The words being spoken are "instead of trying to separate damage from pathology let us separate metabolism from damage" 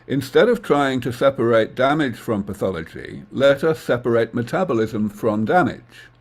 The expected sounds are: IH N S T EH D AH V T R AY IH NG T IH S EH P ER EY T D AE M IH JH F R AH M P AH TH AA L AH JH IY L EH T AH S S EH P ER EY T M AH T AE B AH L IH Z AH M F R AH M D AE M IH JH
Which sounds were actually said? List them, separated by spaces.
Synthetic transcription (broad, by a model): IH N S T EH D AH V T R AY IH NG T IH S EH P ER EY T D AE M IH JH F R AH M P AH TH AA L AH JH IY L EH T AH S S EH P ER EY T M AH T AE B AH L IH Z AH M F R AH M D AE M IH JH